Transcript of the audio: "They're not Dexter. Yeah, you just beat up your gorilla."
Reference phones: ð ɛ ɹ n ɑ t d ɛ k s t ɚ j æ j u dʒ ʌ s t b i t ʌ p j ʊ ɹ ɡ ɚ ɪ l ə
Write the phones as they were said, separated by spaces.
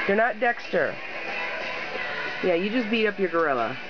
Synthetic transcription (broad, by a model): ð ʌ ɹ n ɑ t d ɛ k s t ɚ j æ j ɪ dʒ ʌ s b i t ʌ p j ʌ ɹ ɡ ɚ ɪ l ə